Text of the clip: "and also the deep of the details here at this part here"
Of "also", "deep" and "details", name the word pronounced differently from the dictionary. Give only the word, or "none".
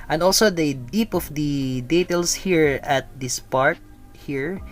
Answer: details